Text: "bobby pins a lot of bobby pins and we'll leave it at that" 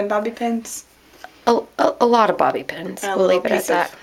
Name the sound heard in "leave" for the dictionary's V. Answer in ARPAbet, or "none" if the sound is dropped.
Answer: none